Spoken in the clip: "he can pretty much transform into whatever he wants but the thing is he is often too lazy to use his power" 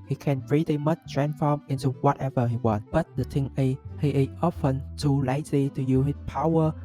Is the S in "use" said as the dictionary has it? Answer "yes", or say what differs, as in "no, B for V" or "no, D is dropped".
no, S is dropped